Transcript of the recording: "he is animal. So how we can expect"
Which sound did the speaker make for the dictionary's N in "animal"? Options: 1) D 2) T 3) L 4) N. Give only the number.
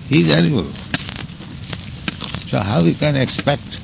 3